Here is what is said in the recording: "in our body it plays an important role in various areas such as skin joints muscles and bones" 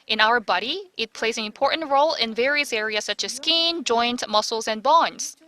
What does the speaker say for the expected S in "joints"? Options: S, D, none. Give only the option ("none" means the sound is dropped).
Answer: none